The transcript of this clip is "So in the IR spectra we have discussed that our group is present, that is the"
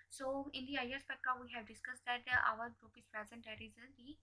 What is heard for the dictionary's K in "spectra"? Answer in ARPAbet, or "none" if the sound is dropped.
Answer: none